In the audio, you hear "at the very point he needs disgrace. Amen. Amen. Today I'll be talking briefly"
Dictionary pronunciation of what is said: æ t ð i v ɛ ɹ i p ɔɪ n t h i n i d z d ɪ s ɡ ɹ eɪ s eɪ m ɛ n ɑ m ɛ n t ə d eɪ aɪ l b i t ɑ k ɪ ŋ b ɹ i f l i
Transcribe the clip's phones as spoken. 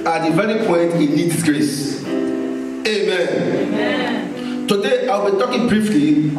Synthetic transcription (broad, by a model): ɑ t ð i v ɛ ɹ i p ɔɪ n t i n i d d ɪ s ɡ ɹ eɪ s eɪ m m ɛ n t ə d eɪ aɪ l b i t ɑ k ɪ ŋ b ɹ i f l i